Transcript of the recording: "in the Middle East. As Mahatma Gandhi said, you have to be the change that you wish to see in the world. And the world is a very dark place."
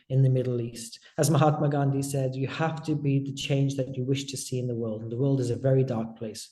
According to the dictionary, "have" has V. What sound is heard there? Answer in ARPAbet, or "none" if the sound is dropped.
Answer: F